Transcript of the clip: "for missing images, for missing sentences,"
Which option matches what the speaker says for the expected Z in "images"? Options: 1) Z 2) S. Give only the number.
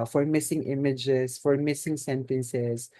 2